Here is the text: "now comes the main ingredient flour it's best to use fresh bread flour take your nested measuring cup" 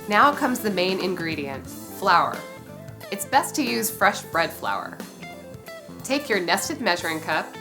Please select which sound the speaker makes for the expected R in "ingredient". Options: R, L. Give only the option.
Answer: R